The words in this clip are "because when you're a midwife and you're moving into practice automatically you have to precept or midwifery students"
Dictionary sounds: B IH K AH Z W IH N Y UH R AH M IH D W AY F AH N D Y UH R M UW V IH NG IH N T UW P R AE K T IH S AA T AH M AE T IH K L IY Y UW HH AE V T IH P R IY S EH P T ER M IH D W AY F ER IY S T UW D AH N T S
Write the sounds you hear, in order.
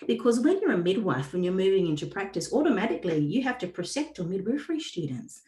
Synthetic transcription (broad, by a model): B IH K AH Z W IH N Y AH R AH M IH D W AY F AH N Y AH R M UW V IH NG IH N T UW P R AE K T IH S AA T AH M AE T IH K L IY Y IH HH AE F T IH P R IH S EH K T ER M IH D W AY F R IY S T UW D N T S